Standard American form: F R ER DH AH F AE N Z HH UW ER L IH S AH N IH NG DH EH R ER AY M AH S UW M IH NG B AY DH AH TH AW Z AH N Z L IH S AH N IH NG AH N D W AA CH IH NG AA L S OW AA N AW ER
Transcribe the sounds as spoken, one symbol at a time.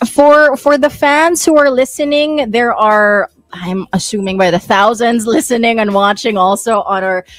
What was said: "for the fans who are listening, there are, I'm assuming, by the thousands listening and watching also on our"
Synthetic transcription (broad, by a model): F R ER DH AH F AE N Z HH UW ER L IH S AH N IH NG DH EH R ER AY M AH S UW M IH NG B AY DH AH TH AW Z AH N Z L IH S AH N IH NG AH N W AA CH IH NG AA L S OW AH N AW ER